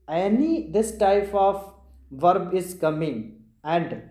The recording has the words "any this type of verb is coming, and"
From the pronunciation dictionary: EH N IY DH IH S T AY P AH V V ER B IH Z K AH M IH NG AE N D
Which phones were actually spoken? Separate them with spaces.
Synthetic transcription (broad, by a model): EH N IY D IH S T AY P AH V V ER B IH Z K AH M IH NG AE N D